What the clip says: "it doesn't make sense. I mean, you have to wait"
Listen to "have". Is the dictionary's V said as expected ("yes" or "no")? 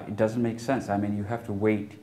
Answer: no